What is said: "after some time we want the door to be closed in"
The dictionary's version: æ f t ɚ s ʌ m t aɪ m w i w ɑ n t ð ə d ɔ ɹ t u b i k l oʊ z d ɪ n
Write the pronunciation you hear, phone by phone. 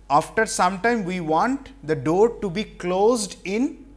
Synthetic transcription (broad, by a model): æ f t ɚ s ʌ m t aɪ m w i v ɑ n t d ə d ɔ ɹ t u b i k l oʊ z d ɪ n